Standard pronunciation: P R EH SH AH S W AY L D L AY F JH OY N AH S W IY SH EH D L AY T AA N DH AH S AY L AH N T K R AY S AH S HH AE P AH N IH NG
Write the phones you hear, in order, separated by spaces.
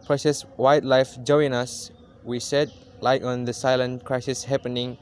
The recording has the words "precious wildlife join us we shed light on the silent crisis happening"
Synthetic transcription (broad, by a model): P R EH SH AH S W AY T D L AY F JH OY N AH S W IY S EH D L AY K AA N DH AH S AY L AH N K R AY S AH S HH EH P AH N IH NG